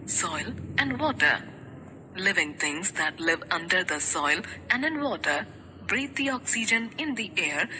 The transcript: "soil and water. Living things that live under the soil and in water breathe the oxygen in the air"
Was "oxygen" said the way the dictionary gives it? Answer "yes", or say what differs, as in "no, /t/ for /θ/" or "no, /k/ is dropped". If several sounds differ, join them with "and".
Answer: yes